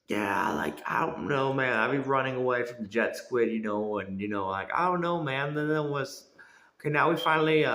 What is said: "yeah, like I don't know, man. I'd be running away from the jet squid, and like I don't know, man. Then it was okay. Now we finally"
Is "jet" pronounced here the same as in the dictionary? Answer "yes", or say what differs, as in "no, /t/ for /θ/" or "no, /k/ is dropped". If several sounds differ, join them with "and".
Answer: yes